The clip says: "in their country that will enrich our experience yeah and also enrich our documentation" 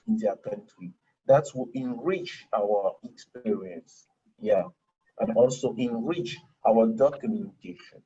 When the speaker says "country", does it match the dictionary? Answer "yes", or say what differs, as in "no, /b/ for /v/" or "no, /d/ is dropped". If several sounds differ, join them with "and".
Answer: yes